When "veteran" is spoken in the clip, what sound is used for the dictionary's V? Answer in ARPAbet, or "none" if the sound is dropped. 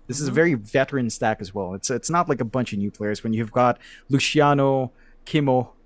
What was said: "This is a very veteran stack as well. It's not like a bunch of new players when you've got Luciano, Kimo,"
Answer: V